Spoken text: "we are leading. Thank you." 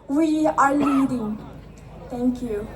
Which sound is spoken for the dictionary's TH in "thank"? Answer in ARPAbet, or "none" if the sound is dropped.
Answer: T